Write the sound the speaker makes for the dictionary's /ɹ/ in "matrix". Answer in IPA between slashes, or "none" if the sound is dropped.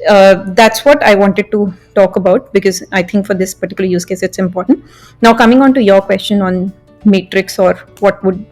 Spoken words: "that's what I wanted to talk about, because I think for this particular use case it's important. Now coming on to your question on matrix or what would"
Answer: /ɹ/